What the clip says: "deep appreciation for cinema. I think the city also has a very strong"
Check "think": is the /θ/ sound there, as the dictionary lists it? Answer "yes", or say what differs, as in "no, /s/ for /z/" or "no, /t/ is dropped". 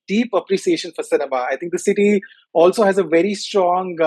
no, /t/ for /θ/